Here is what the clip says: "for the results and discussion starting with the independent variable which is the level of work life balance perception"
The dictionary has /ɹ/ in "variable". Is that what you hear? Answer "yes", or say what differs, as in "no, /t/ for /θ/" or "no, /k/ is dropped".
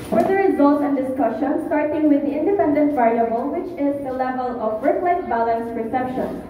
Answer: no, /ɹ/ is dropped